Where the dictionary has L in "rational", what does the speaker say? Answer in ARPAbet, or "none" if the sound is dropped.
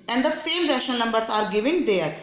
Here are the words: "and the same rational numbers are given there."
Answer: N